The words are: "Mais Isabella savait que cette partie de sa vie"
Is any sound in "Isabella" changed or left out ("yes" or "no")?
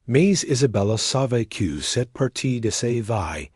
no